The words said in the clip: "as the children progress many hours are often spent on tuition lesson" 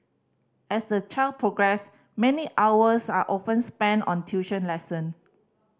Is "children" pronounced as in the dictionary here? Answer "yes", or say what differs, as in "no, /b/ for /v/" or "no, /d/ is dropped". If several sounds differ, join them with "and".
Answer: no, /l/ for /n/